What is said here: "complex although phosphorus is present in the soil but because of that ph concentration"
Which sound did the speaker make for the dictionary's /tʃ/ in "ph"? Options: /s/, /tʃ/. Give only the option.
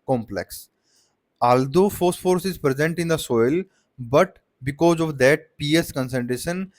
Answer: /s/